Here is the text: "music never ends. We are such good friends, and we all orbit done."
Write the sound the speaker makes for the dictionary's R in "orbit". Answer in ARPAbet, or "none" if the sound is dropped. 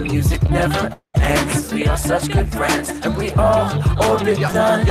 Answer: L